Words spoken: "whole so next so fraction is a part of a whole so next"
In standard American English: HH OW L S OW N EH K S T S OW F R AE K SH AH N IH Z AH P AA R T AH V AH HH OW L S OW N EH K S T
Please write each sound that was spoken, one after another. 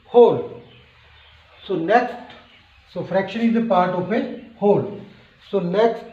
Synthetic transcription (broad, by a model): HH OW L S OW N EH K S T S OW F R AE K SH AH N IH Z AH P AA R T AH P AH HH OW L S OW N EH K S T